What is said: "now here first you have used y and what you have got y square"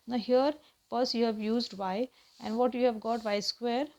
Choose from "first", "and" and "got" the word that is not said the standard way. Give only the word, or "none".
first